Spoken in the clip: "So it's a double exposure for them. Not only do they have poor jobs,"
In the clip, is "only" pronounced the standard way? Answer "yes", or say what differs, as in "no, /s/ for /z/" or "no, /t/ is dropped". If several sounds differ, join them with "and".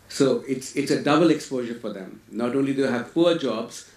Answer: yes